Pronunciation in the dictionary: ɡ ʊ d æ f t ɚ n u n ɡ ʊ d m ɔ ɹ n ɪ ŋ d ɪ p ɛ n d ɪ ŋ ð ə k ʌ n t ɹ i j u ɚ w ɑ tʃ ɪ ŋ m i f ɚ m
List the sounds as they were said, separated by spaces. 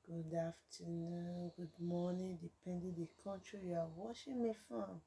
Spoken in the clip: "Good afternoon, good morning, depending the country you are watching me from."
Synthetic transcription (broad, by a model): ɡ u d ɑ f t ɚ n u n ɡ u d m ɔ n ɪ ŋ d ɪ p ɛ n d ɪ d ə k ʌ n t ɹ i j u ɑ w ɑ ʃ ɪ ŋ m i f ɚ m